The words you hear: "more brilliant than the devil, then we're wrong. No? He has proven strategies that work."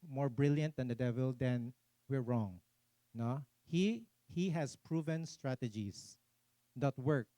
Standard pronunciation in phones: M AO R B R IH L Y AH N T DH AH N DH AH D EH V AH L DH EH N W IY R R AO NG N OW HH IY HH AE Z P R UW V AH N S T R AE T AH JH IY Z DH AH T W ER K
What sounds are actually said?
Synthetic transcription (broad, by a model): M AO R B R IH L Y AH N T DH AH N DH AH D EH V AH L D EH N W IY R R AO NG N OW HH IY HH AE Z P R UW V AH N S T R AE T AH JH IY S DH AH T W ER K